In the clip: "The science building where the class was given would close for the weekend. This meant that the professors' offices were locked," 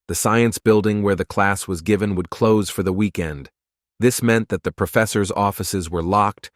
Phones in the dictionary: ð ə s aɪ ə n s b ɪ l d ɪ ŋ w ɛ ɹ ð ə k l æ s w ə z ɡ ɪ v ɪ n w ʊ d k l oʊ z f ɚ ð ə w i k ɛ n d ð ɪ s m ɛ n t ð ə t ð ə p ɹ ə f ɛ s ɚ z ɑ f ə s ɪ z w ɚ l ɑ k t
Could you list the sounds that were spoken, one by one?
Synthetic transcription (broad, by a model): ð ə s aɪ ə n s b ɪ l d ɪ ŋ w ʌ ɹ ð ə k l æ s w ə z ɡ ɪ v ɪ n w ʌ d k l oʊ z f ɚ ð ə w i k ɛ n d ð ɪ s m ɛ n ð ə t ð ə p ɹ ə f ɛ s ɚ z ɑ f ə s ɪ z w ɚ l ɑ k t